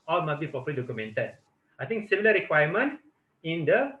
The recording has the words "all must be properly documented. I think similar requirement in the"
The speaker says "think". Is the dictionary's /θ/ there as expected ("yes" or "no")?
no